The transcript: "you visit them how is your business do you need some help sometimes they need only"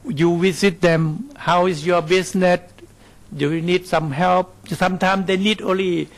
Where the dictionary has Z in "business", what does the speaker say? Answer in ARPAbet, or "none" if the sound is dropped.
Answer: S